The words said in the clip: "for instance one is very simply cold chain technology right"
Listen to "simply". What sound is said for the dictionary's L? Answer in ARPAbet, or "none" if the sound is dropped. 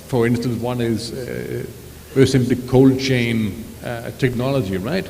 L